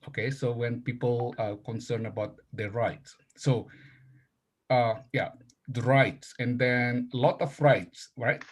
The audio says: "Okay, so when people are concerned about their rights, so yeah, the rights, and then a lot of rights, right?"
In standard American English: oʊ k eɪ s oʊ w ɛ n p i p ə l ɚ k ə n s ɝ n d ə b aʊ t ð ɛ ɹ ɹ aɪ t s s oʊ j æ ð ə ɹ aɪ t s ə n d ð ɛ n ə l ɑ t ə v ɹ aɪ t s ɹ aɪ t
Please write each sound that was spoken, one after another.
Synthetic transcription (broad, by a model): oʊ k eɪ s oʊ w ɛ n p i p ə l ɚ k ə n s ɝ n ə b aʊ t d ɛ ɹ ɹ aɪ t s s oʊ j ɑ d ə ɹ aɪ t s ə n d ɛ n ə l ɑ t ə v ɹ aɪ t s ɹ aɪ t